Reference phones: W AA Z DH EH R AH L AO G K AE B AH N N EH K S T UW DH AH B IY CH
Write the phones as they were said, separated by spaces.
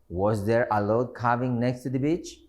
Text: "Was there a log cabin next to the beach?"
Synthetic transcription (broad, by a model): W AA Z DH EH R AH L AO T K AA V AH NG N EH K S T UW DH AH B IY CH